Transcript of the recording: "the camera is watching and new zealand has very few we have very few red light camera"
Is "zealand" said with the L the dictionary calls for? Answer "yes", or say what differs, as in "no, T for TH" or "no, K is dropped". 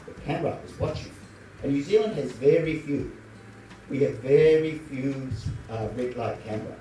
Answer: yes